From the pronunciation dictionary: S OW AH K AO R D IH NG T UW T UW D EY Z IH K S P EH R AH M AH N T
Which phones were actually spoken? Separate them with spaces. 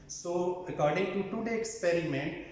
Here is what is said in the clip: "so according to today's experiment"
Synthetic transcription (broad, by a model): S OW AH K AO R D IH NG T UW T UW D EY IH K S P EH R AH M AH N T